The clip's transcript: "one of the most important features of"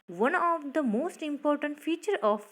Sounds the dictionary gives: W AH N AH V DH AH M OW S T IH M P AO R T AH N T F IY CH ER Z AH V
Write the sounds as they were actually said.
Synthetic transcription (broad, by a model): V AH N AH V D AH M OW S T IH M P AO R T AH N T F IY CH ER AH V